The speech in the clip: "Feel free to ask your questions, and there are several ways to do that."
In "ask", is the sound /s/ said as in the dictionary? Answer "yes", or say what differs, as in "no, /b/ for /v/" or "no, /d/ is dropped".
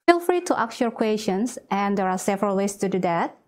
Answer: no, /s/ is dropped